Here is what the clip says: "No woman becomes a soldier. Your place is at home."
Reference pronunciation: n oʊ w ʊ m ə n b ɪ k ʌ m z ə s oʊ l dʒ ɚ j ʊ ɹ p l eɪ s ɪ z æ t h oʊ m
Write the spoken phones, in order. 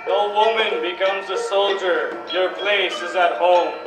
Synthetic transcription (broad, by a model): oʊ w ʊ m ə n b ɪ k ʌ m z ə s oʊ l dʒ ɚ j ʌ ɹ p l eɪ s ɪ z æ t h oʊ m